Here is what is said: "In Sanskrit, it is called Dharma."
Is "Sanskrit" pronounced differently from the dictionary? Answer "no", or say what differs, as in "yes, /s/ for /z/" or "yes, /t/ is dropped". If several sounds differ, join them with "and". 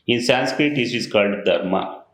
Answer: no